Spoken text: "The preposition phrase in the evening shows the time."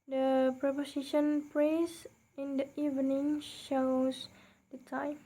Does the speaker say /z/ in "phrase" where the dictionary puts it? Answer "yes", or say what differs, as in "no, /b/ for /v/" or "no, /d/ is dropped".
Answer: no, /s/ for /z/